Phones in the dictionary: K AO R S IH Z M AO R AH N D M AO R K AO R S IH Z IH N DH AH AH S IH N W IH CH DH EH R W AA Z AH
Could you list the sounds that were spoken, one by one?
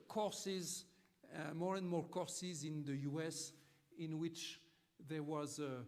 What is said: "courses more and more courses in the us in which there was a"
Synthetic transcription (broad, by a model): K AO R S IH Z M AO R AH N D M AO R K AO R S IH Z IH N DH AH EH S IH N W IH CH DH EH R W AA Z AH